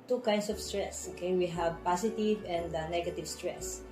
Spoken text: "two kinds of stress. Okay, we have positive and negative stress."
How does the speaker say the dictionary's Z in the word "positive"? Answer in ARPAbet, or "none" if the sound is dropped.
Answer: S